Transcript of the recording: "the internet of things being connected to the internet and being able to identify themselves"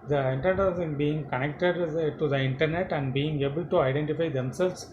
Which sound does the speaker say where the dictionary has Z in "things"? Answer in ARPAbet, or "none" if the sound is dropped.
none